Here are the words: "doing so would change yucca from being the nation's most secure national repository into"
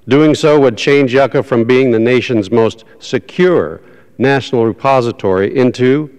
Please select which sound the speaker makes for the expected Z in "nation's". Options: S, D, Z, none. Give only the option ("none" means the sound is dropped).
Z